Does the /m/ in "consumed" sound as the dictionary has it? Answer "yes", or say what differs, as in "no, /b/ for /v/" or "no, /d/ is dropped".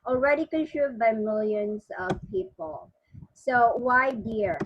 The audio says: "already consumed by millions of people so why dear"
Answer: no, /m/ is dropped